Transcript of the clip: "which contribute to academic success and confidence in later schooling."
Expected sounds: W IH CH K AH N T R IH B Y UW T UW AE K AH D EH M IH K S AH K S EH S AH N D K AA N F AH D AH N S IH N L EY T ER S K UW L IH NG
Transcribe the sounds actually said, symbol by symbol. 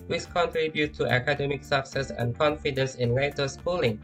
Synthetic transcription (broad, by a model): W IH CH K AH N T R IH B Y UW T UW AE K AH D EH M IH K S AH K S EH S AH N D K AA N F AH D AH N S IH N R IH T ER S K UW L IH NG